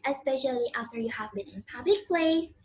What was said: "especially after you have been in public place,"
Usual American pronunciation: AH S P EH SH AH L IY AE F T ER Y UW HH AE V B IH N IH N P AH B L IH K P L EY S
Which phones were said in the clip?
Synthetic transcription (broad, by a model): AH S P EH SH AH L IY AE F T ER Y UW HH AE V B IH N IH N P AH B L IH K P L EY S